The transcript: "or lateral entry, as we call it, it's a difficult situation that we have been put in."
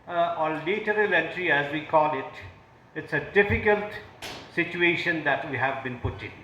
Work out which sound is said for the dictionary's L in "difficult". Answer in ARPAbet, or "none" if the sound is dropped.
L